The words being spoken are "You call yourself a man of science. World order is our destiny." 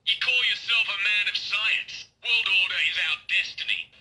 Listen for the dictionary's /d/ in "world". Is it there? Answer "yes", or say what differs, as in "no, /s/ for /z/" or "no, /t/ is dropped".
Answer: yes